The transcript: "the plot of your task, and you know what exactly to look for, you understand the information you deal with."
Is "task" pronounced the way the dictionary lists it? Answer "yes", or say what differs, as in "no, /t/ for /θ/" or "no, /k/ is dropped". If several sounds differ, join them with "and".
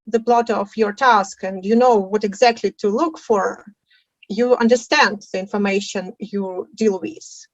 yes